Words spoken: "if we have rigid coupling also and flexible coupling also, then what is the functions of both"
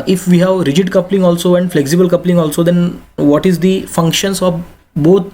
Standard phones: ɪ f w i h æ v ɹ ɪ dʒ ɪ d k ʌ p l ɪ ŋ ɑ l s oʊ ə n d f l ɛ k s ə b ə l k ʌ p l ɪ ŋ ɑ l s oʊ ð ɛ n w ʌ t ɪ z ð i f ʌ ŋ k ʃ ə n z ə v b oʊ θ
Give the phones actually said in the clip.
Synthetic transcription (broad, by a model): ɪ f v i h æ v ɹ ɪ dʒ ɪ d k ʌ p l ɪ ŋ ɑ l s oʊ ə n d f l ɛ k s ə b ə l k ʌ p l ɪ ŋ ɑ l s oʊ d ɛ n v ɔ t ɪ z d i f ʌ ŋ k ʃ ə n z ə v b oʊ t